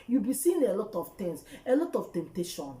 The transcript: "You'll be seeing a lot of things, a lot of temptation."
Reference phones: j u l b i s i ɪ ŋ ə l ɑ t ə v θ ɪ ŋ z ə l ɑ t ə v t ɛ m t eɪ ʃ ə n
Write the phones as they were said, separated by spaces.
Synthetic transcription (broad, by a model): j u b i s i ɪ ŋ ə l ɑ t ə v t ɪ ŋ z ə l ɑ t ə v t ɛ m t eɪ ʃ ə n